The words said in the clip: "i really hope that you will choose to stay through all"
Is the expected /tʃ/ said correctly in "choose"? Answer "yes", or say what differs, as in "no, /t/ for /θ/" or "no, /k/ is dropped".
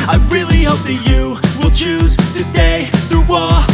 yes